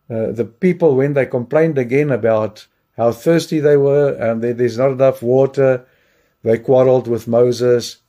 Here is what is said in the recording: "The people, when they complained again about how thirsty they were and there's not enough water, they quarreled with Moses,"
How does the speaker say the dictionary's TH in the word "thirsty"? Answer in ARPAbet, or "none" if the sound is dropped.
TH